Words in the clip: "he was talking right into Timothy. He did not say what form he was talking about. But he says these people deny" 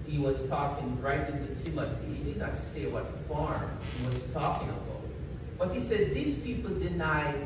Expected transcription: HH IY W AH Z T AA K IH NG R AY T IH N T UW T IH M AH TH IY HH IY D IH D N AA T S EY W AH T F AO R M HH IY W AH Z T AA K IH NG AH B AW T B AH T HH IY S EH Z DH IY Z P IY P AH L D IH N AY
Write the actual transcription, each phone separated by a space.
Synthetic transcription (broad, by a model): HH IY W AH Z T AA K IH NG R AY T IH N T UW T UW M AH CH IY HH IY D IH D N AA T S EY W AH T F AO R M HH IY W AH Z T AA K IH NG AH B AW T B AH T HH IY S EH Z DH IY Z P IY P L D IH N AY